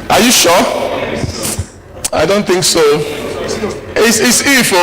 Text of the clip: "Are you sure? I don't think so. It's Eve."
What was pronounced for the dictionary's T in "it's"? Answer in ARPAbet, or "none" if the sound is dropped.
S